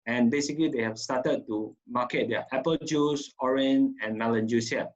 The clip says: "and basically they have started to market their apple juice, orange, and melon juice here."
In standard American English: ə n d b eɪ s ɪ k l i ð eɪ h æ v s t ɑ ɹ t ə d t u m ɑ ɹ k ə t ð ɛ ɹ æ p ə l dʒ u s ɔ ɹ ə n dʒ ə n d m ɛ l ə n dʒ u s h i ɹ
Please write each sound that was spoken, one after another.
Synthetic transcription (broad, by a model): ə n b eɪ s ɪ k l i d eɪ h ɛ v s t ɑ t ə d t u m ɑ k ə t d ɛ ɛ p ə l dʒ u s ɔ ɹ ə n ə n m ɛ l ə n dʒ u s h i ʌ